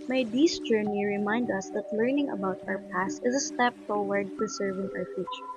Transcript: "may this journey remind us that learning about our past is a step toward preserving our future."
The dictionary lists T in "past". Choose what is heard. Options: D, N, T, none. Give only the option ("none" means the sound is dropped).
T